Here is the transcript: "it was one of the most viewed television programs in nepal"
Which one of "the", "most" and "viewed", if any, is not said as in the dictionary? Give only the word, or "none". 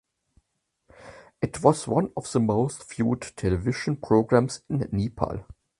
viewed